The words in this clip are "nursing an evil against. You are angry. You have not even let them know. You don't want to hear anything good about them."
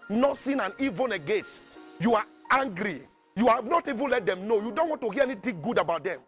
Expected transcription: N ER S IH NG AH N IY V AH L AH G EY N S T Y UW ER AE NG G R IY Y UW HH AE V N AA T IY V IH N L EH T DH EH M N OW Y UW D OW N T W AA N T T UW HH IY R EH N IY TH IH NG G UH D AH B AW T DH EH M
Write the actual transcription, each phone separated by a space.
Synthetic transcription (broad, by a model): N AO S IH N AH N IY V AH N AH G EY S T Y UW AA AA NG G R IY Y UW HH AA V N AA T IY V IH N L EH T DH EH M N OW Y UW D OW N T W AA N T T UW HH IY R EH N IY T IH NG G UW D AH B AW T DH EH M